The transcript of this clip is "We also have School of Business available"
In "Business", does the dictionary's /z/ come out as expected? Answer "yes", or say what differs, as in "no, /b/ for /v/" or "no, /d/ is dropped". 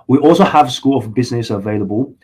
yes